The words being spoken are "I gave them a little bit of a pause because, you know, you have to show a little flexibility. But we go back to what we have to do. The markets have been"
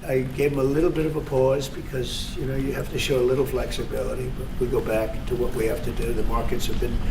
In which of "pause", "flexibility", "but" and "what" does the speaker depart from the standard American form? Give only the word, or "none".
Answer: none